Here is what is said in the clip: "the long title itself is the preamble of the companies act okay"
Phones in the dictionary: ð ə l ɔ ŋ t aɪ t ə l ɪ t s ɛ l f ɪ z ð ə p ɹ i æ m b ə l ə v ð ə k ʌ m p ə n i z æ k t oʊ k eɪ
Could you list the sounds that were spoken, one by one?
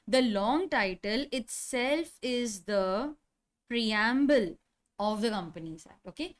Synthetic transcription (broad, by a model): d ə l ɔ ŋ t aɪ t ə l ɪ t s ɛ l f ɪ z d ə p ɹ i æ m b ə l ə v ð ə k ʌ m p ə n i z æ t oʊ k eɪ